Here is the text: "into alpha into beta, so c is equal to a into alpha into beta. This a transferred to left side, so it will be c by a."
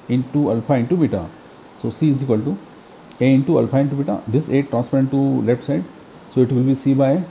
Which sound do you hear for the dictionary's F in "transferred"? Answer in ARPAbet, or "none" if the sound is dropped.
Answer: P